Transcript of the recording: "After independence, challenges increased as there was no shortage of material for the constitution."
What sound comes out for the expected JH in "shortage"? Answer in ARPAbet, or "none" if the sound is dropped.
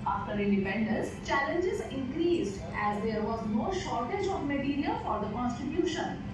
JH